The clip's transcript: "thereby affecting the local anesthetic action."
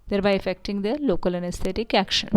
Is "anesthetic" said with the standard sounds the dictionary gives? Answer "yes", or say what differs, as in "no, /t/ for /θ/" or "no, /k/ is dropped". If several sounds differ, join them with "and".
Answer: no, /t/ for /θ/